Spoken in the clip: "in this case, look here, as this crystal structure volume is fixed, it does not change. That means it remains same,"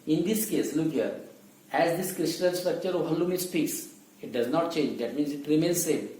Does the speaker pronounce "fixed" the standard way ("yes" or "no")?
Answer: no